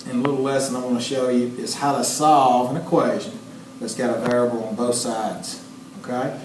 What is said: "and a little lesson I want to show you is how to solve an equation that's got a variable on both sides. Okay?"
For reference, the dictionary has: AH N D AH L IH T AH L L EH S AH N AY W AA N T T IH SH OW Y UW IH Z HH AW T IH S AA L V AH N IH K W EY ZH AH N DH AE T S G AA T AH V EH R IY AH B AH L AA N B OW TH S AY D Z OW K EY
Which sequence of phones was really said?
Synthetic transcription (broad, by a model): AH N AH L IH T L L EH S AH N AY W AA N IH SH OW Y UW IH Z HH AW T IH S AA L V AH N IH K W EY ZH AH N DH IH T S G AA T AH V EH R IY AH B L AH N B OW TH S AY D Z OW K EY